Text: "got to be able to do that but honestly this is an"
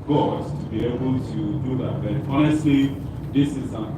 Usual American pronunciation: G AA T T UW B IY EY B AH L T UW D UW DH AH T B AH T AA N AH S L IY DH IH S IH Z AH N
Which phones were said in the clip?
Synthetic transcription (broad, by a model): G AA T T UW B IY EY B AH L T UW D UW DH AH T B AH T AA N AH S IY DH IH S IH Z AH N